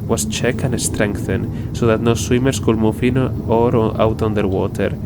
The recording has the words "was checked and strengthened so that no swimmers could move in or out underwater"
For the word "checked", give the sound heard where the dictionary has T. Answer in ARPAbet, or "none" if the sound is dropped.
none